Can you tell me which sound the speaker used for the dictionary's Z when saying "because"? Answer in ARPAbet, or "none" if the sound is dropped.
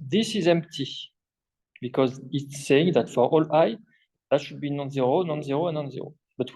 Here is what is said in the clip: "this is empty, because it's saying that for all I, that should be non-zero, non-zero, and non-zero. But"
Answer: Z